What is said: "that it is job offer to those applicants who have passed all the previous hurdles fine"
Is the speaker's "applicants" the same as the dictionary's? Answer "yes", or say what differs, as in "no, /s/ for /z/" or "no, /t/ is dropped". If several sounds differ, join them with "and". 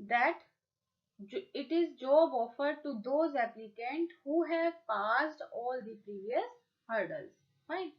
no, /s/ is dropped